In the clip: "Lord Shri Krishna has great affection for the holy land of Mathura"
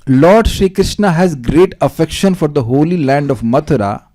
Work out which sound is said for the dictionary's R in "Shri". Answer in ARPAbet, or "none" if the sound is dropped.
R